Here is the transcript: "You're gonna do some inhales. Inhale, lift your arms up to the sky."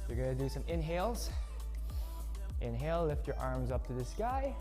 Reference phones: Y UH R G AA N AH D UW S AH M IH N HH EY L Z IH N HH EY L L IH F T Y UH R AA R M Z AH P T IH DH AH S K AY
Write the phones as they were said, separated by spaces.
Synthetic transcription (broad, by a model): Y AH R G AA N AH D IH S AH M IH N HH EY L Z IH N HH EY L L IH F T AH R AA R M Z AH P T IH DH AH S K AY